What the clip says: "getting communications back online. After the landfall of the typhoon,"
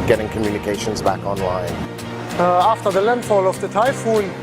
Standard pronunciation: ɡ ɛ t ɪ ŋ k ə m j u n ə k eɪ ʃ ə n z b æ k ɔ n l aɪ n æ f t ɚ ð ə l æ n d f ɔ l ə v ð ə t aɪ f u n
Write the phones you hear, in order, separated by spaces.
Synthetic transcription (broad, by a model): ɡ ɛ t ɪ ŋ k ə m j u n ə k eɪ ʃ ə n z b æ k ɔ n l aɪ n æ f t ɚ ð ə l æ n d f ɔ l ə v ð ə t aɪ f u n